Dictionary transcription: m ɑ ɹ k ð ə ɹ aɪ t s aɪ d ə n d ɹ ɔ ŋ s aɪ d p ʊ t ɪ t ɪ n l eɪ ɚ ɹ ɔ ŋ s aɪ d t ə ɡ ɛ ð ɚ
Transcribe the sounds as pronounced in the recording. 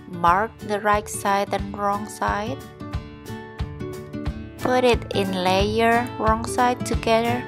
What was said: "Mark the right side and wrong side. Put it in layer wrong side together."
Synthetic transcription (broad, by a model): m ɑ ɹ k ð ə ɹ aɪ t s aɪ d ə n ɹ ɔ ŋ s aɪ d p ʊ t ɪ t ɪ n l eɪ ɚ ɹ ɔ ŋ s aɪ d t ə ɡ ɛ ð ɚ